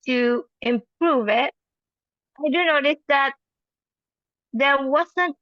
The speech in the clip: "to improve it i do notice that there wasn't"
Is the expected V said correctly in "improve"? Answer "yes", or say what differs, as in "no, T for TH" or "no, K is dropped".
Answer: yes